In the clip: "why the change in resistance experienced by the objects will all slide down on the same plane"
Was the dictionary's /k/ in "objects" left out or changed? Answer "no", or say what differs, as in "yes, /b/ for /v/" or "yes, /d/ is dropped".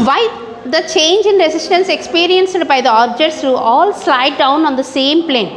yes, /k/ is dropped